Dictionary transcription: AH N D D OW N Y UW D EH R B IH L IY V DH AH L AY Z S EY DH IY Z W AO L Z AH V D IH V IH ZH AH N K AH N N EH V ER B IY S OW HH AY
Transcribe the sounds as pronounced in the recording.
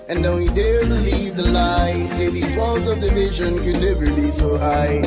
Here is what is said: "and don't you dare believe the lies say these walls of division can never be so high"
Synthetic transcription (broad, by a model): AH N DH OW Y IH D EH R B IH L IY V DH AH L AY S EY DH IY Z W AO L Z AH V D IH V IH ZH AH N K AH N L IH B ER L IY S OW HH AY